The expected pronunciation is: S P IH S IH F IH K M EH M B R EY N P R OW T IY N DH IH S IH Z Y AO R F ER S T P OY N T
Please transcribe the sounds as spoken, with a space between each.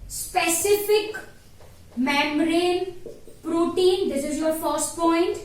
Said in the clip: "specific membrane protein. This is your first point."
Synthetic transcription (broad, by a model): S P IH S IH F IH K M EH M R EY N P R OW T IY N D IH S IH Z Y AO R F ER S T P OY N T